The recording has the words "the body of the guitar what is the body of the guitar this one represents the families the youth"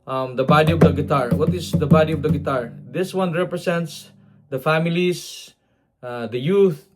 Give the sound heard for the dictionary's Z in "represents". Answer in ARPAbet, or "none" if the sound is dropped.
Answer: S